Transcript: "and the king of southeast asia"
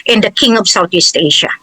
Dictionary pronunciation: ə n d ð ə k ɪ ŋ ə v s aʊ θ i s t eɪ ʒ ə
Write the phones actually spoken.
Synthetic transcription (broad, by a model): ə n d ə k ɪ ŋ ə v s aʊ t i s t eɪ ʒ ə